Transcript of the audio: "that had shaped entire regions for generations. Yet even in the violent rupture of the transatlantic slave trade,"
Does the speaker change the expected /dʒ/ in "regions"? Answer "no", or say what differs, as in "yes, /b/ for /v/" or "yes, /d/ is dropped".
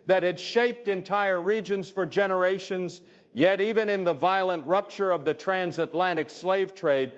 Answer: no